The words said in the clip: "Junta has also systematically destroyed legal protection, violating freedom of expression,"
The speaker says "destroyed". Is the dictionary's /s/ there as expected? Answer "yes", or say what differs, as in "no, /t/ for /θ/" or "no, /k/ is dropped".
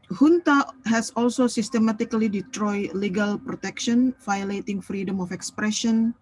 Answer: no, /s/ is dropped